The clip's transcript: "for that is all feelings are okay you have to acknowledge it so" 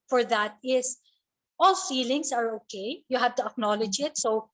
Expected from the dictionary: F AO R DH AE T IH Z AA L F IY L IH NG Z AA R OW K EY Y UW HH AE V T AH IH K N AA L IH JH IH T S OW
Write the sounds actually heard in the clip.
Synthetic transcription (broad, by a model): F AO R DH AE T IH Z AA L F IY L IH NG S AA R OW K EY Y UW HH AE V T AH IH K N AA L IH JH IH T S OW